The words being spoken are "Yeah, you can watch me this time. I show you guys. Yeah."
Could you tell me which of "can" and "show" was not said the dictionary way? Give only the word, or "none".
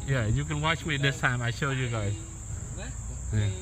none